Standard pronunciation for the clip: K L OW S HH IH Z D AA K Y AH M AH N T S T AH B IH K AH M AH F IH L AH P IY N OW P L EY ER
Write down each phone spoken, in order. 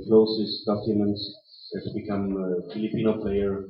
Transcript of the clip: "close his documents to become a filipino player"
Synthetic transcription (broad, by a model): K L OW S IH S D AA K Y AH M AH N T S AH B IH K AH M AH F IH L AH P IY N OW P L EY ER